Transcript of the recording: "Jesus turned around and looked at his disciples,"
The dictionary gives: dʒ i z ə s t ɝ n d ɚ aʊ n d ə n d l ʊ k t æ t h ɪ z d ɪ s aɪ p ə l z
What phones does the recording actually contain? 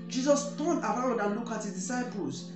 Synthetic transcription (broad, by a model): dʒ i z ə s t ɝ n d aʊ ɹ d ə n l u k ɑ t h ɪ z d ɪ s aɪ p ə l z